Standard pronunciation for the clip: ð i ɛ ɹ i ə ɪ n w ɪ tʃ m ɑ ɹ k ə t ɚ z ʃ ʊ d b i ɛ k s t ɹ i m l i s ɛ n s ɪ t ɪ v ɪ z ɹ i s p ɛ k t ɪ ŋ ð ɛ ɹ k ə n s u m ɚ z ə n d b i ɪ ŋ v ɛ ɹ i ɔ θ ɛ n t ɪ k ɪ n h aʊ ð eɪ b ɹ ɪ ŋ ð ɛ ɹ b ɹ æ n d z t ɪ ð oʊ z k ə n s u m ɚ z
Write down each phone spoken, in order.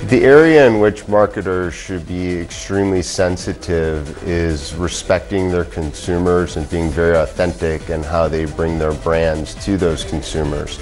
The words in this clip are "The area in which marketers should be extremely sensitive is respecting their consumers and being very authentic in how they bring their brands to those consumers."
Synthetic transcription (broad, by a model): ð i ɛ ɹ i ə ɪ n w ɪ tʃ m ɑ ɹ k ə t ɚ z ʃ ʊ d b i ɛ k s t ɹ i m l i s ɛ n s ɪ t ɪ v ɪ z ɹ i s p ɛ k t ɪ ŋ ð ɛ ɹ k ə n s u m ɚ z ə n b i ɪ ŋ v ɛ ɹ i ɔ θ ɛ n t ɪ k ɪ n h aʊ ð eɪ b ɹ ɪ ŋ ð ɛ ɹ b ɹ æ n d z t ɪ ð oʊ z k n s u m ɚ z